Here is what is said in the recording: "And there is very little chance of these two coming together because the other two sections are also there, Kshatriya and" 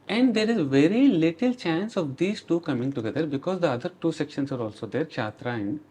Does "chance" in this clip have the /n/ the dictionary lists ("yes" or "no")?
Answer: yes